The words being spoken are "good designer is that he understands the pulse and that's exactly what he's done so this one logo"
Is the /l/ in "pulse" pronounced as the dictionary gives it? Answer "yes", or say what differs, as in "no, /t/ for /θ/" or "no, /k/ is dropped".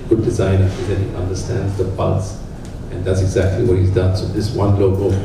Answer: no, /l/ is dropped